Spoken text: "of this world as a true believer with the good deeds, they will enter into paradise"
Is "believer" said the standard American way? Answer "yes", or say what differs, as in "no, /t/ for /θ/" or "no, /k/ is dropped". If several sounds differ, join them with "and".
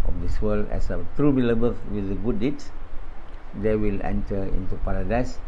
no, /b/ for /v/